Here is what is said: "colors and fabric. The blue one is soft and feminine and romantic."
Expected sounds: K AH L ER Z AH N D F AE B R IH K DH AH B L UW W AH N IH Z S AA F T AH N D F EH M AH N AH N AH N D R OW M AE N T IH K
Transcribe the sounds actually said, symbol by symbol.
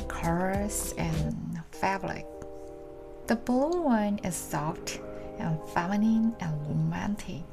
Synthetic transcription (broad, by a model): K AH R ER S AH N F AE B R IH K DH AH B UW W AH N IH Z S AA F T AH N F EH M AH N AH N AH N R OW M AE N T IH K